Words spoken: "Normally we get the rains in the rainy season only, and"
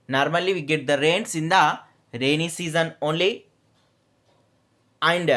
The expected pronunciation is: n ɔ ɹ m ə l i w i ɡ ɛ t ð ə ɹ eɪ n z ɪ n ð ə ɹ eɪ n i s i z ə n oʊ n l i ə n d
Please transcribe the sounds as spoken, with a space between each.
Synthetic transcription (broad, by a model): n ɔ ɹ m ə l i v i ɡ ɛ t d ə ɹ eɪ n s ɪ n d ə ɹ eɪ n i s i z ə n oʊ n l i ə n d